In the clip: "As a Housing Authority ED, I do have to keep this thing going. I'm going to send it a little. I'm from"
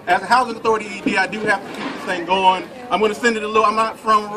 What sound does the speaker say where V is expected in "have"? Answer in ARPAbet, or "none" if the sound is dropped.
F